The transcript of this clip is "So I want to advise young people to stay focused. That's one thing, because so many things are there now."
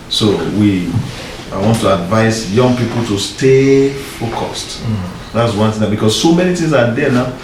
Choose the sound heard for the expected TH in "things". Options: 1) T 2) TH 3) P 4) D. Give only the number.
1